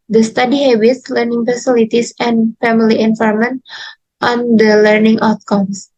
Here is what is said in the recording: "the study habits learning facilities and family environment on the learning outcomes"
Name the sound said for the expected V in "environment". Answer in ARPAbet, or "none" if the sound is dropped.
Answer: F